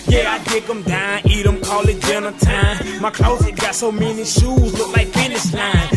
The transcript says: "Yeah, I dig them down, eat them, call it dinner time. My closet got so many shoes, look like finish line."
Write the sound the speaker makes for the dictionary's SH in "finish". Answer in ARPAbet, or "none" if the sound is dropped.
S